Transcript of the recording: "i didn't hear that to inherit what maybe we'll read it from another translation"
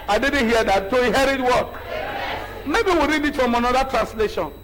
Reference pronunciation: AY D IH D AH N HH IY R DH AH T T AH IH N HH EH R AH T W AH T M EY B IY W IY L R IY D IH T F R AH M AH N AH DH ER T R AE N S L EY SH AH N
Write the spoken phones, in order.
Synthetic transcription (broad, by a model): AY D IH D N HH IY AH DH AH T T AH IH HH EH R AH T W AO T M EY B IY W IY R IY D IH T F R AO M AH N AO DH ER T R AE N S L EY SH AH N